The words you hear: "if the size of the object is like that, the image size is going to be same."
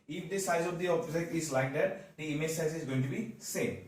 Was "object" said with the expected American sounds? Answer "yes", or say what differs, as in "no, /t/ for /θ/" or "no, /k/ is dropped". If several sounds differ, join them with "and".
no, /t/ is dropped